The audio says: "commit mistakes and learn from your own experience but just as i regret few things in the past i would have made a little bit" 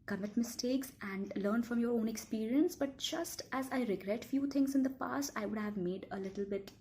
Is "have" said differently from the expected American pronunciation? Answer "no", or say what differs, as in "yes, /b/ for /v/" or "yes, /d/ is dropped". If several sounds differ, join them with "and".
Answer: no